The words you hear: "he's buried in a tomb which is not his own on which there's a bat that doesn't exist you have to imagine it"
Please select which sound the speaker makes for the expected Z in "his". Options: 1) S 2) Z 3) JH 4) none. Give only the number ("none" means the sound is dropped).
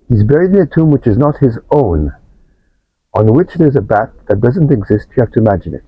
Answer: 2